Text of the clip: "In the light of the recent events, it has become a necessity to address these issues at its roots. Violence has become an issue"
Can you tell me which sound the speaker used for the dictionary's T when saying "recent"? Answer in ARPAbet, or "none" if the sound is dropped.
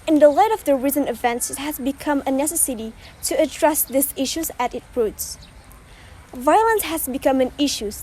none